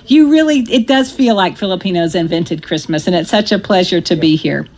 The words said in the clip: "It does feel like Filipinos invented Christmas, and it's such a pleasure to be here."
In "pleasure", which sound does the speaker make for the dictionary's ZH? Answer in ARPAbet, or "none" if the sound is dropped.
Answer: ZH